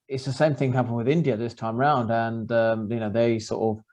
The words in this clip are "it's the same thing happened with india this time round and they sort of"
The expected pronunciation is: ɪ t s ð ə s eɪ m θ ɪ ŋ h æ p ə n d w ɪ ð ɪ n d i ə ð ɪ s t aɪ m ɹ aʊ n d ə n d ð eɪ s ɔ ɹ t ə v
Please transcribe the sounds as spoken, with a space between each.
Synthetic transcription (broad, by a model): ɪ t s ð ə s eɪ m θ ɪ ŋ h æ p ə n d w ɪ ð ɪ n d i ə ð ɪ s t aɪ m ɹ aʊ n d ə n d ð eɪ s ɔ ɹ t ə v